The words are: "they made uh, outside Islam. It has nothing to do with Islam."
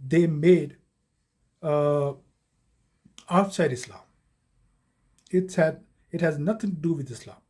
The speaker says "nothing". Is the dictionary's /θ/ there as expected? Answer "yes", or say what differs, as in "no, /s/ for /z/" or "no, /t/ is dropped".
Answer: no, /t/ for /θ/